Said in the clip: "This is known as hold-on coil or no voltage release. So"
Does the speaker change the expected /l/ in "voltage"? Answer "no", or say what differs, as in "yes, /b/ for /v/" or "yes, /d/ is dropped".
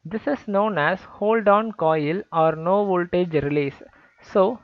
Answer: no